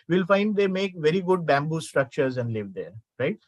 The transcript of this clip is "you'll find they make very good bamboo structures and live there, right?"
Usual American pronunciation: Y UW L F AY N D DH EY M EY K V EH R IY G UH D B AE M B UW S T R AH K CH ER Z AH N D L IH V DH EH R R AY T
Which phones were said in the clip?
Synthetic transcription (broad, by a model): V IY L F AY N D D EY M EY K V EH R IY G UH D B AE M B UW S T R AH K CH ER Z AH N D L IH V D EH R R AY T